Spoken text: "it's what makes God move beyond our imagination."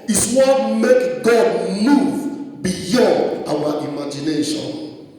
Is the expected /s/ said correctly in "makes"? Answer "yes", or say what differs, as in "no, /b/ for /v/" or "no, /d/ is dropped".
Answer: no, /s/ is dropped